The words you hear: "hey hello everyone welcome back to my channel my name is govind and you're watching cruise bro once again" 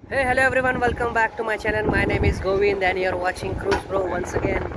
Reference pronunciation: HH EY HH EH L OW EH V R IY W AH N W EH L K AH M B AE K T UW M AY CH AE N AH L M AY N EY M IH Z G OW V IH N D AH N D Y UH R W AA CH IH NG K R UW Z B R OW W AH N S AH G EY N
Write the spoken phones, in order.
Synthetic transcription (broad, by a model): HH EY HH EH L OW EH V R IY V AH N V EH L K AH M B AE K T UW M AY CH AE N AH N M AY N EY M IH Z G OW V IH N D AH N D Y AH R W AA CH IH NG K R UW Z B R OW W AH N S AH G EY N